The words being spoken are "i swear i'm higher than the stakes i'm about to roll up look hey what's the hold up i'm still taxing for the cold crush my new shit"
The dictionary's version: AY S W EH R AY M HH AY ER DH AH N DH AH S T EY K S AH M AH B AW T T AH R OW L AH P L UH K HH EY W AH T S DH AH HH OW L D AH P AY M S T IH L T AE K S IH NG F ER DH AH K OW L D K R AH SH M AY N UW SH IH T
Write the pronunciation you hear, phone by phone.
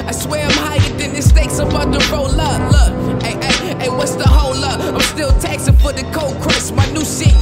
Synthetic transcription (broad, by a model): AY S W EH R AY M HH AY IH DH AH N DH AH S T EY K S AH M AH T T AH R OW L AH L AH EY W AH T S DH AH HH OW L AH AY M S T IH L T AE K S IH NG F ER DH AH K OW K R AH S M AY N UW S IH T